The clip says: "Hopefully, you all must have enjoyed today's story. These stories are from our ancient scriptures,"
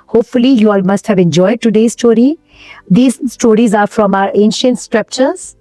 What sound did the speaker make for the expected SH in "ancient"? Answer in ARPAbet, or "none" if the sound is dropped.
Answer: SH